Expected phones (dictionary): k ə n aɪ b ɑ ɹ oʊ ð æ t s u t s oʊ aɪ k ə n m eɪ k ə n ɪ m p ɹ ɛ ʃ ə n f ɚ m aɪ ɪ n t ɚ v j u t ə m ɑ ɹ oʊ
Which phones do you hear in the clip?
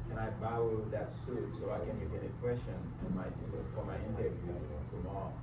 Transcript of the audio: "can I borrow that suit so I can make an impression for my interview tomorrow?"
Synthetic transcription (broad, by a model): k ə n aɪ b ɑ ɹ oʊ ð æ t s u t s oʊ aɪ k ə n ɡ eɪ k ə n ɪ p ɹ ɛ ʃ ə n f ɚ m aɪ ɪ n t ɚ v j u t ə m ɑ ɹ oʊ